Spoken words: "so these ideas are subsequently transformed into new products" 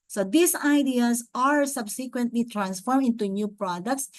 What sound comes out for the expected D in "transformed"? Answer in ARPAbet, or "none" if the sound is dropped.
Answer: none